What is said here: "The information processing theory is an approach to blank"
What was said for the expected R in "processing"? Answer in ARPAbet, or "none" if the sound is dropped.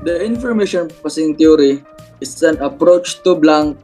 none